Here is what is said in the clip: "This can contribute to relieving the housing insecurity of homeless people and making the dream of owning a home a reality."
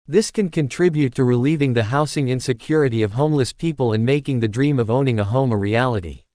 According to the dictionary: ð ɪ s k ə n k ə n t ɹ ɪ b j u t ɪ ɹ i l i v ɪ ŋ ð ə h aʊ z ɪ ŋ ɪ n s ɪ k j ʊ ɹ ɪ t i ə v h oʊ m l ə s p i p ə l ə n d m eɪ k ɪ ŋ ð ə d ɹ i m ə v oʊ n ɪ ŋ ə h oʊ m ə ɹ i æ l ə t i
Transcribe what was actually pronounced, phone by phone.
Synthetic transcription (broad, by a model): ð ɪ s k ə n k ə n t ɹ ɪ b j u t ɪ ɹ i l i v ɪ ŋ ð ə h aʊ s ɪ ŋ ɪ n s ɪ k j ʊ ɹ ɪ t i ə v h oʊ m l ə s p i p ə l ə n m eɪ k ɪ ŋ ð ə d ɹ i m ə v oʊ n ɪ ŋ ə h oʊ m ə ɹ i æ l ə t i